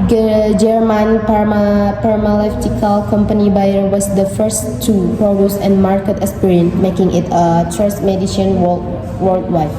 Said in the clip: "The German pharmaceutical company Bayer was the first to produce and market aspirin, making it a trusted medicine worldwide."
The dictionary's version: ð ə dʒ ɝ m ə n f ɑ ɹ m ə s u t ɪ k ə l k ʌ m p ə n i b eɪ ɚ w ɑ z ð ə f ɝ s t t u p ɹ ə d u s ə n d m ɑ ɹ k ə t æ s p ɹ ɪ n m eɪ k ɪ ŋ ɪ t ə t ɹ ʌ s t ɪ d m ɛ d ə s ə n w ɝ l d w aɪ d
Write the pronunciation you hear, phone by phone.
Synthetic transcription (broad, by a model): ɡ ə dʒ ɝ m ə n p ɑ ɹ m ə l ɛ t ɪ k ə l k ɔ m p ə n i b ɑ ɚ w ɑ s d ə f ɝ s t t u p ɹ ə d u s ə n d m ɑ ɹ k ə t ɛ s p ɹ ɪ n m eɪ k ɪ ŋ ɪ t ə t ɹ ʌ s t m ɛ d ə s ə n w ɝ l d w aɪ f